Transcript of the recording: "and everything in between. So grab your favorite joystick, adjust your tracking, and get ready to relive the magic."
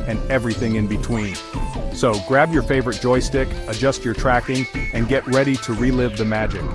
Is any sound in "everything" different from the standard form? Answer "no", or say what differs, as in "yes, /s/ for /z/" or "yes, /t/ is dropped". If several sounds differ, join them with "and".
no